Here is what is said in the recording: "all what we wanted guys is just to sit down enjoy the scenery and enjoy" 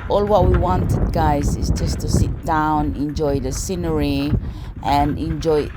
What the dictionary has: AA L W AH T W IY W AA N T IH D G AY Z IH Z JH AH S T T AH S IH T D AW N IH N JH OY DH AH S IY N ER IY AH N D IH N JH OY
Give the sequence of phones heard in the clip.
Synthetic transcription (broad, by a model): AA L W AH T W IY W AA N T IH D G AY Z IH Z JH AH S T T AH S IH T D AW N IH N JH OY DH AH S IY N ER IY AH N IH N JH OY